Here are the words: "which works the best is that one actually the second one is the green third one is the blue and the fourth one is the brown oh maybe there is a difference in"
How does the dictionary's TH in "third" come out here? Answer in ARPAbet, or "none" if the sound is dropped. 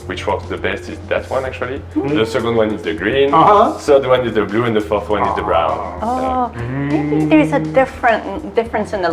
S